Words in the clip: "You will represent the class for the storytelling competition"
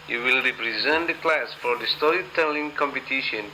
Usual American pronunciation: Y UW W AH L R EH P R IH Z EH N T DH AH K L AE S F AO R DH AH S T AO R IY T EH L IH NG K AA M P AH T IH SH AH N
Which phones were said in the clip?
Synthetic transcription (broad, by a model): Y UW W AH L R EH P R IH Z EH N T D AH K L AE S F AO R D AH S T AO R IY T EH L IH NG K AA M P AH T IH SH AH N